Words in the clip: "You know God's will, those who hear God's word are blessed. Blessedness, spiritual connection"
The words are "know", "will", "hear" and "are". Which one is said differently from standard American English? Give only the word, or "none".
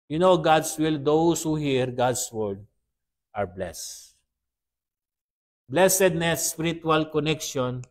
none